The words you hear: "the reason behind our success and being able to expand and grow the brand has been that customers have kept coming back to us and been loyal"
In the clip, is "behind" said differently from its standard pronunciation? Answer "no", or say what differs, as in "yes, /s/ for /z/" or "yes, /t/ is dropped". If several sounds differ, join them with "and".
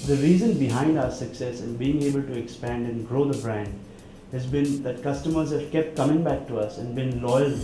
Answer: no